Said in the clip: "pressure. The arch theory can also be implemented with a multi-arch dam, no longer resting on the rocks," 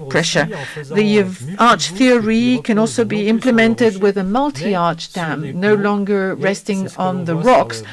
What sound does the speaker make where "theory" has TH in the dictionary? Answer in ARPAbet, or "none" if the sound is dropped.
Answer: TH